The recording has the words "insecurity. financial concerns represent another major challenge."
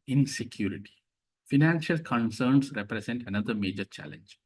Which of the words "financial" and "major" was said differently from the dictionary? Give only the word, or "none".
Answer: none